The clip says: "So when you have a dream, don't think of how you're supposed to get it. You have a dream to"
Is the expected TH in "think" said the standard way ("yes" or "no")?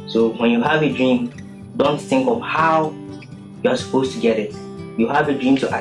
yes